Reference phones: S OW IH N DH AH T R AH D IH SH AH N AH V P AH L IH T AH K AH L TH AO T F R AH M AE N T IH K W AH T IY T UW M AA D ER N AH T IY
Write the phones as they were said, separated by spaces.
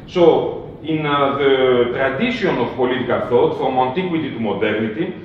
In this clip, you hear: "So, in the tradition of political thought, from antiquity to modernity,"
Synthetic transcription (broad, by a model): S OW IH N DH AH T R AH D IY S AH N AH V P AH L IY T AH K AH L TH AO T F R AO M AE N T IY K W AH T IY T UW M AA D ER N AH T IY